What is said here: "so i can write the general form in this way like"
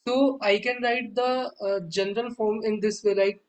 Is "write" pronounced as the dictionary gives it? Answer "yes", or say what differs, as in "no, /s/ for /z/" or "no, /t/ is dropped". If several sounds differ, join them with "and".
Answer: yes